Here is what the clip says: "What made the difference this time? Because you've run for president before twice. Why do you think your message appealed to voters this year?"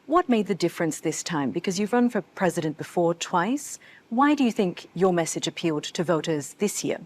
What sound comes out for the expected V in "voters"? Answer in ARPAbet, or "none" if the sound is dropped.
V